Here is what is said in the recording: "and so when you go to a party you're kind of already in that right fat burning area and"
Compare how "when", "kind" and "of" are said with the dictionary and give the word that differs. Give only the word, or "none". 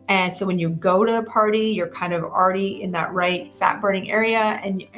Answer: none